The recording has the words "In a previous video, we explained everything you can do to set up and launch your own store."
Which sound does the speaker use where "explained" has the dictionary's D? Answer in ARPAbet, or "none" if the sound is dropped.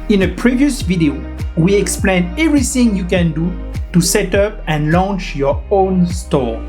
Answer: none